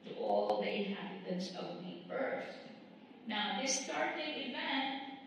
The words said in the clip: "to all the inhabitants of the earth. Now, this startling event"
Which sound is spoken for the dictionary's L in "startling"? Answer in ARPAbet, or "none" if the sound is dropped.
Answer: none